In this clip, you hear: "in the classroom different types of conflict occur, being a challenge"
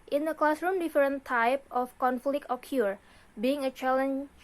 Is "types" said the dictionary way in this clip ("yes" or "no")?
no